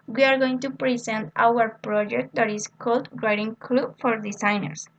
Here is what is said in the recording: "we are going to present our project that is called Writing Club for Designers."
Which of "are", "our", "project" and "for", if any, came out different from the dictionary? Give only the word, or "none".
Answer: none